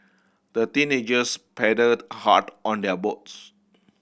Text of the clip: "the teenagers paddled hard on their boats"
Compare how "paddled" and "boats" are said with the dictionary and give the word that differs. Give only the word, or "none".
paddled